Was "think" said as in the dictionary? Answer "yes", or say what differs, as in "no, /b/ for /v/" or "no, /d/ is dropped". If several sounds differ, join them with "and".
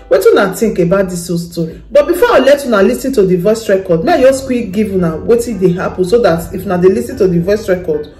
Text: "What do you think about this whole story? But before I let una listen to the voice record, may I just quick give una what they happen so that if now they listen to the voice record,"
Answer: no, /t/ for /θ/